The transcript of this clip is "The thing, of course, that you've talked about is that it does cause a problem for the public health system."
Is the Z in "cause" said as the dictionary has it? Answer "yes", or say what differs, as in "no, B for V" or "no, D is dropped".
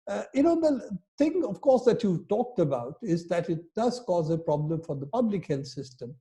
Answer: yes